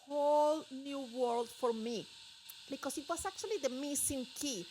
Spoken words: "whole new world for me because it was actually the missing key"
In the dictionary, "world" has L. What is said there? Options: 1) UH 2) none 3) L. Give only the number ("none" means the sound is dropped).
3